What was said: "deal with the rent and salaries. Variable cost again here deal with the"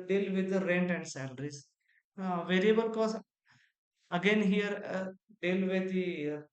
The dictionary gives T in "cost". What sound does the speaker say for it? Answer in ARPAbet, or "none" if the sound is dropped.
none